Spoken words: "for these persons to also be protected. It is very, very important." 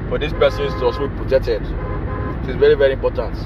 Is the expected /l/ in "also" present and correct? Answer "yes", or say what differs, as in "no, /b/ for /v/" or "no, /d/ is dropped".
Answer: no, /l/ is dropped